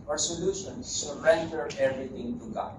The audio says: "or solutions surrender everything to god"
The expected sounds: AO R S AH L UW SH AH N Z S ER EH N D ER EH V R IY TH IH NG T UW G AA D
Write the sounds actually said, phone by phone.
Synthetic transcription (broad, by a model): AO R S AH L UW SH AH N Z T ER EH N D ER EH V R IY T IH NG T UW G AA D